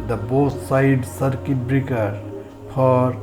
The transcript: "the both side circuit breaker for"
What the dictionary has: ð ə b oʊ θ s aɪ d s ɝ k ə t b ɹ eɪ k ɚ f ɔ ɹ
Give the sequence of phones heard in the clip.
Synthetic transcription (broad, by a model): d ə b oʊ s s aɪ d s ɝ k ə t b ɹ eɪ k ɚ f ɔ ɹ